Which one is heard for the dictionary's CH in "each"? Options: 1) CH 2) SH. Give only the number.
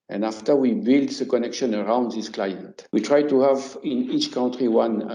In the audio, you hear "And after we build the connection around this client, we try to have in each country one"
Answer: 1